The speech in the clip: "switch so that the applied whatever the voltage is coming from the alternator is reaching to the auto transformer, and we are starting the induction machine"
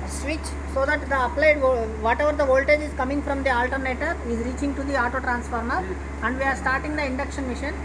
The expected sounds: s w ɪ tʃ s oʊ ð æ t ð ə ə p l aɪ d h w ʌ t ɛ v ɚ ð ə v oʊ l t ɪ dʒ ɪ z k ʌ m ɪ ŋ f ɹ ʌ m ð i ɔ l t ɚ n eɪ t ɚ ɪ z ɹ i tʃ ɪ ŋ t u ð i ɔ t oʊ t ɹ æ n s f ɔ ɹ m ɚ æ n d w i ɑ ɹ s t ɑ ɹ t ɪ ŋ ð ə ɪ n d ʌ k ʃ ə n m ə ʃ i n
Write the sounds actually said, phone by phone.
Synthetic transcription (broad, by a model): s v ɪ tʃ s oʊ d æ t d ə ə p l aɪ d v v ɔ t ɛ v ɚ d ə v oʊ l t ɪ dʒ ɪ z k ʌ m ɪ ŋ f ɹ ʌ m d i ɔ l t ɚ n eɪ t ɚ ɪ z ɹ i tʃ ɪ ŋ t u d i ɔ t oʊ t ɹ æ n s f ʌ ɹ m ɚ æ n d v i ɑ ɹ s t ɑ ɹ t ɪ ŋ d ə ɪ n d ʌ k ʃ ə n m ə ʃ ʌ n